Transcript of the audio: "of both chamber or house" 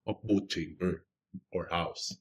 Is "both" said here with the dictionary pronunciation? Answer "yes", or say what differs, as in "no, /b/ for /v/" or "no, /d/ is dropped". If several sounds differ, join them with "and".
no, /t/ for /θ/